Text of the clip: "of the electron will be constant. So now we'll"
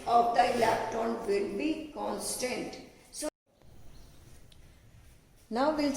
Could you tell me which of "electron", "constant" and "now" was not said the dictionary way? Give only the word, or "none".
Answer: electron